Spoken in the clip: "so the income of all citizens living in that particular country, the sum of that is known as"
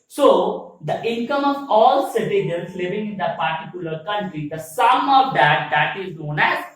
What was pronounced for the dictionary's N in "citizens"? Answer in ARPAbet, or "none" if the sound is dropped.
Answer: L